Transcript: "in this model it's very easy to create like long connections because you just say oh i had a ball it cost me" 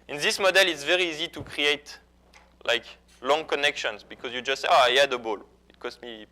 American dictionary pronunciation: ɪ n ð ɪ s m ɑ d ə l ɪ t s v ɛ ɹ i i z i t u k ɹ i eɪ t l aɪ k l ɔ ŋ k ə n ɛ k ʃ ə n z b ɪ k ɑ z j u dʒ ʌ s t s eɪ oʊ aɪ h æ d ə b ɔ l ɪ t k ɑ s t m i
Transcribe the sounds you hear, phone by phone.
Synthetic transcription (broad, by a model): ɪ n ð ɪ s m ɑ d ə l ɪ t s v ɛ ɹ i i z i t u k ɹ i eɪ t l aɪ k l ɔ ŋ k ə n ɛ k ʃ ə n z b ɪ k ɑ z j u dʒ ʌ s t s eɪ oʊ aɪ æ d ə b ɔ l ɪ t k ɑ s t m i